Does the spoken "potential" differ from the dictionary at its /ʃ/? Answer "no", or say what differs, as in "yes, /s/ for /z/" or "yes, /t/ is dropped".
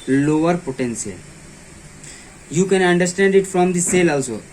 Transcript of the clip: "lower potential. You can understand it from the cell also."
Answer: yes, /s/ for /ʃ/